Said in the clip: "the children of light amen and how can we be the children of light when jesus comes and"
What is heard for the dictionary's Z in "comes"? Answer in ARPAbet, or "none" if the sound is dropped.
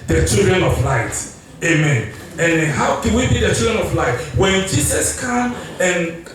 none